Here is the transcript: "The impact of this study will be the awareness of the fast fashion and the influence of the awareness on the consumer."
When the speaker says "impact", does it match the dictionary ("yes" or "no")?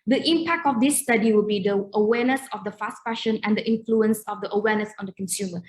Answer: yes